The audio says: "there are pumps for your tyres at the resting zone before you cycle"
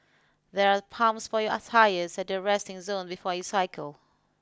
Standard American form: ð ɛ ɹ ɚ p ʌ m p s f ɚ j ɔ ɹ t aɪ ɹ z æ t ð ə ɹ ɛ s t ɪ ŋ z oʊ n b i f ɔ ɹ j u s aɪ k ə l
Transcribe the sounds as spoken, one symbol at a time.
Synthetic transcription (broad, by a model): ð ɛ ɹ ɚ p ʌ m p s f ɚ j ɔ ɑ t aɪ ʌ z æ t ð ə ɹ ɛ s t ɪ ŋ z oʊ n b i f ɔ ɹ j u s aɪ k ə l